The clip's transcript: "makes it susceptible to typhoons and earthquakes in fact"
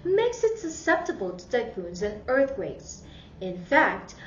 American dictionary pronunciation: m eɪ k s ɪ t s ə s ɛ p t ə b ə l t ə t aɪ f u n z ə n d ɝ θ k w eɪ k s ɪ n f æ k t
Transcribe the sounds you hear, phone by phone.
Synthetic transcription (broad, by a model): m eɪ k s ɪ t s ə s ɛ p t ə b ə l t ə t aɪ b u n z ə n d ɝ θ k w eɪ k s ɪ n f æ k t